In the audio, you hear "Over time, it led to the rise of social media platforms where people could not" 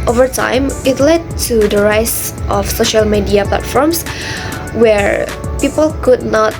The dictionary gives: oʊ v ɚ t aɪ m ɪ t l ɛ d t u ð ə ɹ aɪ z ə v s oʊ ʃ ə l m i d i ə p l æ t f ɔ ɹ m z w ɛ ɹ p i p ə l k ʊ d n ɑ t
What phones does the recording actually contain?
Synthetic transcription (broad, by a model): oʊ v ɚ t aɪ m ɪ t l ɛ d t u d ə ɹ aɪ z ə f s oʊ ʃ ə l m i d i ə p l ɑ t f ɔ ɹ m s w ɛ ɹ p i p ə l k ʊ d n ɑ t